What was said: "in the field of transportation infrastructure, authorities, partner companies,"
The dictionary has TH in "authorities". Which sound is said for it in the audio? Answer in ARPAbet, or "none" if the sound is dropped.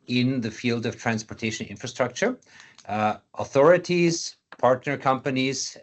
TH